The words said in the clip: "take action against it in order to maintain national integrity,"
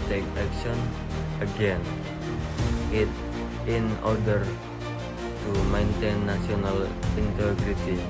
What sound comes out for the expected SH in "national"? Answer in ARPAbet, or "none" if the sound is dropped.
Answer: none